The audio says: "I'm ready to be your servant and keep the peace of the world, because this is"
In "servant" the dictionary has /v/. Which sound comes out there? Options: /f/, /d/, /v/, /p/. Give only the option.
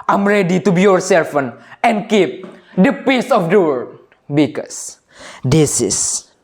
/f/